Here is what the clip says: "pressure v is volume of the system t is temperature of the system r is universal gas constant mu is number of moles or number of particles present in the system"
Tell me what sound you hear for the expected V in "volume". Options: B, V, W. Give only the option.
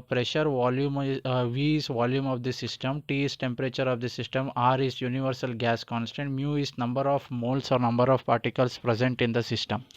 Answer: V